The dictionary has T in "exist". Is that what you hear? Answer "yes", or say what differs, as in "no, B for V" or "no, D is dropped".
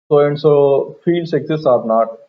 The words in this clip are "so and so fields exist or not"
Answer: no, T is dropped